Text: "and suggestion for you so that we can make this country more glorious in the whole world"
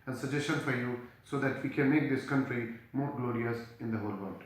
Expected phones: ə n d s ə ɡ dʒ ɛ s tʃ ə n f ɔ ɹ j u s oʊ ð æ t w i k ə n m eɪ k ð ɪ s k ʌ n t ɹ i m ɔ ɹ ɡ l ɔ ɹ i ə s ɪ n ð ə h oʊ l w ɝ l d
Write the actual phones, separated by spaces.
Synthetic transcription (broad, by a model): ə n s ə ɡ dʒ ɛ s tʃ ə n f ɔ ɹ j u s oʊ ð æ t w i k ə n m eɪ k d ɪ s k ʌ n t ɹ i m ɔ ɹ ɡ l ɔ ɹ i ə s ɪ n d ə h oʊ l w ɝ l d